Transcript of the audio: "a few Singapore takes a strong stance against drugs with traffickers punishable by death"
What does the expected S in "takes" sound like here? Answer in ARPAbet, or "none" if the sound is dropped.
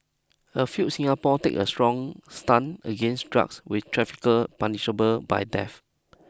none